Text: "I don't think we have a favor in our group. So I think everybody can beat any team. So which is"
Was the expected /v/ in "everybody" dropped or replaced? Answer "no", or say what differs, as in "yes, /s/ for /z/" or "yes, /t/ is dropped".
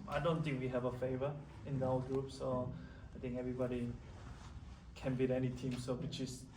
no